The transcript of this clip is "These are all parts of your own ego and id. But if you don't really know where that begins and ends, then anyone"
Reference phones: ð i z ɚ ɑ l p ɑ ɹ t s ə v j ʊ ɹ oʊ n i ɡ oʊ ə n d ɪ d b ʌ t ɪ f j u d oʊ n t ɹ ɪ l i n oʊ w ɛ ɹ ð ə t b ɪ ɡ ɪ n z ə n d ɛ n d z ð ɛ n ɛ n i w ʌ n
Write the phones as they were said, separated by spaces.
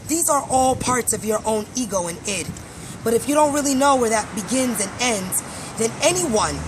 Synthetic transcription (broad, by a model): ð i z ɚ ɑ l p ɑ ɹ t s ə v j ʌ ɹ oʊ n i ɡ oʊ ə n ɪ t b ʌ t ɪ f j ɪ d oʊ n t ɹ ɪ l i n oʊ w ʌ ɹ ð ə t b ɪ ɡ ɪ n z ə n ɛ n d z ð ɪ n ɛ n i w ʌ n